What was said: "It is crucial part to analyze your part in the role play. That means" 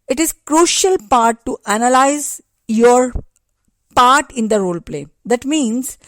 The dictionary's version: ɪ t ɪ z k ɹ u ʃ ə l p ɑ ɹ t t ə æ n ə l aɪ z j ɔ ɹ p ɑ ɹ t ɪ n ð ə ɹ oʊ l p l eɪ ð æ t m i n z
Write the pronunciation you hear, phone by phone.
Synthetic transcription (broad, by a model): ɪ t ɪ z k ɹ u ʃ ə l p ɑ ɹ t t æ n ə l aɪ z j ɔ ɹ p ɑ ɹ t ɪ n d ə ɹ oʊ l p l eɪ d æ t m i n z